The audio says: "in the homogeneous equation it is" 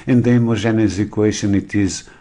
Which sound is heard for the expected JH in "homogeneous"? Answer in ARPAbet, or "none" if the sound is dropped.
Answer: ZH